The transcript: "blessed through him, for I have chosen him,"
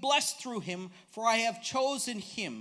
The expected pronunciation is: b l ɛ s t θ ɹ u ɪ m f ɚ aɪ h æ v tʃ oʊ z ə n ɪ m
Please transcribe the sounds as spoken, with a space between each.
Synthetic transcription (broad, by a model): b l ɛ s θ ɹ u ɪ m f ɚ aɪ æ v tʃ oʊ z ə n ɪ m